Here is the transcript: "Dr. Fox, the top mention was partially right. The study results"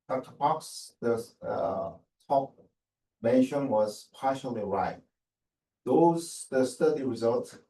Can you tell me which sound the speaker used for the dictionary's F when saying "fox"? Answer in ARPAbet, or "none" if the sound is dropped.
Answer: P